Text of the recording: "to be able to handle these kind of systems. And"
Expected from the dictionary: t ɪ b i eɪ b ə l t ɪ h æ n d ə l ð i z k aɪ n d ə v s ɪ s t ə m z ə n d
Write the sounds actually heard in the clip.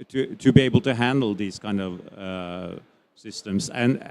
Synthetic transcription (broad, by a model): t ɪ b i eɪ b ə l t ɪ h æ n d l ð i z k aɪ n d ə v s ɪ s t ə m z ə n